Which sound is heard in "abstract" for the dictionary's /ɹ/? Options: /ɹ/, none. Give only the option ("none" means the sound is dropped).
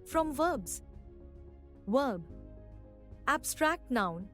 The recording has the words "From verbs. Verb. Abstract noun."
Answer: /ɹ/